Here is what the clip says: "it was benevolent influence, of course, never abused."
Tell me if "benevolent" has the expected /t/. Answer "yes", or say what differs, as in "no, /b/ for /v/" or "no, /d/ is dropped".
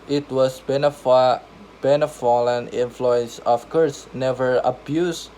no, /t/ is dropped